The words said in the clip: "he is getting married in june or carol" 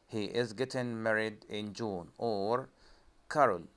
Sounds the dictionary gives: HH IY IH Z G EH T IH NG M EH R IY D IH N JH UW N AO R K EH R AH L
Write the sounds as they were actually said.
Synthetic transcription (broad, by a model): HH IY IH Z G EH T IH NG M EH R IY D IH N JH UW N AO R K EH R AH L